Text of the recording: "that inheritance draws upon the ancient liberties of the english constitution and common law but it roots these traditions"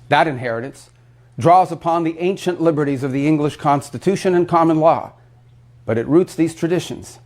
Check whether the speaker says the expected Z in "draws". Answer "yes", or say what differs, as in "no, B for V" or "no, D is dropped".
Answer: yes